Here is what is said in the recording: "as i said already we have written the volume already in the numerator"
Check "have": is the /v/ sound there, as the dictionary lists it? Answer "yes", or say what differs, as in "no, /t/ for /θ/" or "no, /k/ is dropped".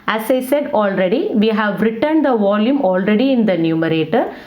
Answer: yes